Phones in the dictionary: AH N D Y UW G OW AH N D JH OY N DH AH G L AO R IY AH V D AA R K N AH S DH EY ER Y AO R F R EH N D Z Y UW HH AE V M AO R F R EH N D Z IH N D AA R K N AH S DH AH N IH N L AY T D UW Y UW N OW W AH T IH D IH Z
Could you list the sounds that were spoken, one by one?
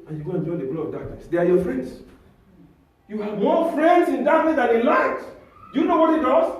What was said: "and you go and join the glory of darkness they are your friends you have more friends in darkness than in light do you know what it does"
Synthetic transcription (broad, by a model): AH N Y UW G OW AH N JH OY N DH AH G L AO IY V D AA K N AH S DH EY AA Y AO F R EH N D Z Y UW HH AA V M AO F R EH N D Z IH N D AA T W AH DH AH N IH N L AY T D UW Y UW N OW W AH T IH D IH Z